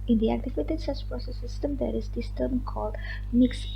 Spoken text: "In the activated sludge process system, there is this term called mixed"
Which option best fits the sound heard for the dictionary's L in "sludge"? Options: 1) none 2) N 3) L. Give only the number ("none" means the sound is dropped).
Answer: 1